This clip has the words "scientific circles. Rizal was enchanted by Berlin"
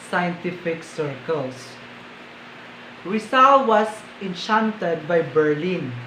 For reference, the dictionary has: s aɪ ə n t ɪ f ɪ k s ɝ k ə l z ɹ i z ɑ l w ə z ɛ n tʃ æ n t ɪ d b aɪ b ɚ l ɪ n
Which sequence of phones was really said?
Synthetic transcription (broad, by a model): s aɪ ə n t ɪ f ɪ k s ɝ k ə l s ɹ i s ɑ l w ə s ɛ n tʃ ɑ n t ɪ d b aɪ b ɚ l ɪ n